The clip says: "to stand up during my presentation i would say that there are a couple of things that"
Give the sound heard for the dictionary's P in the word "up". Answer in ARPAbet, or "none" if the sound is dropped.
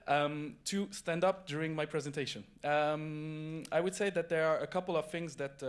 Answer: P